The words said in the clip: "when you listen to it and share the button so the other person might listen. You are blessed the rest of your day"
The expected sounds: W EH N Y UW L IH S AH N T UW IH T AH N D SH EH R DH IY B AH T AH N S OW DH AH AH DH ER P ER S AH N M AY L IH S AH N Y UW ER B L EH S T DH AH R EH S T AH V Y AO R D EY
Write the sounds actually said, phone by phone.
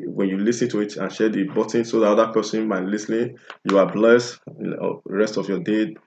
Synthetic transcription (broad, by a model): W EH N Y UW L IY S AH N T UW IH T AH N SH EH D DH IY B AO T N S OW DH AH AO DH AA P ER S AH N M AY L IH S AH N Y UW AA B L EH S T R EH S T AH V Y AO D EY